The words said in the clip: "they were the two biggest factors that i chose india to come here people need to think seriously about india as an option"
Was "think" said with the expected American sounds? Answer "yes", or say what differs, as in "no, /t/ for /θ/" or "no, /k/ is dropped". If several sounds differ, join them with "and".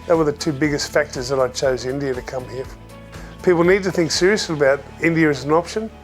yes